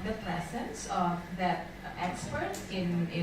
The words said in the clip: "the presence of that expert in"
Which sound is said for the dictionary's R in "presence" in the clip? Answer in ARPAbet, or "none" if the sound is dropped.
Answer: L